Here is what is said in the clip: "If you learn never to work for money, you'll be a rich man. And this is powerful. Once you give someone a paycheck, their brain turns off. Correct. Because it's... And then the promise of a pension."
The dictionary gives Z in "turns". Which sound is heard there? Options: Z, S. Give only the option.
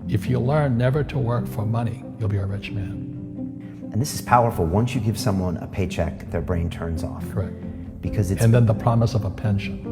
Z